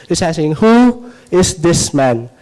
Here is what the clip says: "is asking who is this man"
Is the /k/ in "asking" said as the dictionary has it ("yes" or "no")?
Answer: no